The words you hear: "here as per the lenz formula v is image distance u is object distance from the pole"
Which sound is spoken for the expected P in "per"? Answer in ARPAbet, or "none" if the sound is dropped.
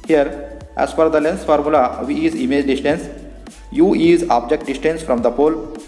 F